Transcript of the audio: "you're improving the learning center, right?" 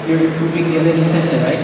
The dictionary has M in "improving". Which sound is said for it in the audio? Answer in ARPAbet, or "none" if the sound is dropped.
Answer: none